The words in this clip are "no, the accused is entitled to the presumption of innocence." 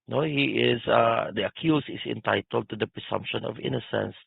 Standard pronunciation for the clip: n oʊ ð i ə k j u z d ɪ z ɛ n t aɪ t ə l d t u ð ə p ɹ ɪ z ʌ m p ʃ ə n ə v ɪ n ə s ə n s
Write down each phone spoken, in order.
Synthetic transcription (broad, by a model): n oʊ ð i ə k j u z ɪ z ɛ n t aɪ t ə l d t u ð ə p ɹ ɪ s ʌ m p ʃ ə n ə v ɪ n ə s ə n s